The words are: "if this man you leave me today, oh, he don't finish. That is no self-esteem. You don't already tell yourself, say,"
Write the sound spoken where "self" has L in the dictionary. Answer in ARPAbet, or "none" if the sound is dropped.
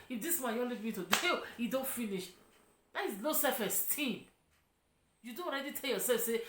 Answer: none